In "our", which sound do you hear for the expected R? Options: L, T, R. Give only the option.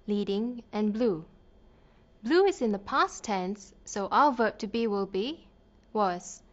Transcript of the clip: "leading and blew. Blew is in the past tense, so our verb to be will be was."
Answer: L